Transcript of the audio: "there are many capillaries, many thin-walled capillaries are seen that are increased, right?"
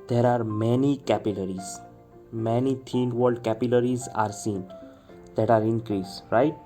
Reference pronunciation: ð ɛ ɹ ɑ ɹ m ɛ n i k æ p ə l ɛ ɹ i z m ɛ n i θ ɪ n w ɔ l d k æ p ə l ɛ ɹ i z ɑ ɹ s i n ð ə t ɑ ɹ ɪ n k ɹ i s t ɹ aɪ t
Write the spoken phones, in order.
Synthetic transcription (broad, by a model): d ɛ ɹ ɑ ɹ m ɛ n i k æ p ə l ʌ ɹ i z m ɛ n i t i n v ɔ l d k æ p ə l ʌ ɹ i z ɑ ɹ s i n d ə t ɑ ɹ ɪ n k ɹ i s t ɹ aɪ t